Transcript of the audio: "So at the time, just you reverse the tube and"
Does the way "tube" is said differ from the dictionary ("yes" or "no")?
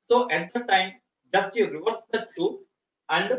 yes